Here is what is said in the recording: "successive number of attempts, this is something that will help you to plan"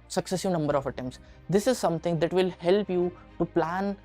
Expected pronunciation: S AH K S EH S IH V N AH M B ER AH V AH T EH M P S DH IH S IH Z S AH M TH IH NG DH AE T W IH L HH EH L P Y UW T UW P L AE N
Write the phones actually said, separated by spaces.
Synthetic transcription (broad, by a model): S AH K S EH S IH V N AH M B ER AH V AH T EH M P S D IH S IH Z S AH M T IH NG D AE T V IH L HH EH L P Y UW T UW P L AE N